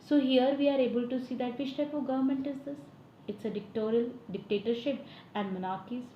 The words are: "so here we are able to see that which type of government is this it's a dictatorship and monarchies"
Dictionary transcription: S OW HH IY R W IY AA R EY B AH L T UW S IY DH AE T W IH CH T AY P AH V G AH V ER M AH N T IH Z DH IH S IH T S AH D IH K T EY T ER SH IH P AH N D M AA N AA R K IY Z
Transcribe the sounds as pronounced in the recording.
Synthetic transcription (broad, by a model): S OW HH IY R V IY AA R EY B AH L T UW S IY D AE T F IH SH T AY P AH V G AH V ER M AH N T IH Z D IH S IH T S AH D IH K T EY T ER SH IH P AH N D M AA N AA R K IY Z